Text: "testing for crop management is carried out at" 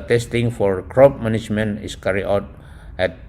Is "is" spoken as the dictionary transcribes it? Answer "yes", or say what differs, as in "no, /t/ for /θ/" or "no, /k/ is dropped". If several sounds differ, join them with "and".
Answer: no, /s/ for /z/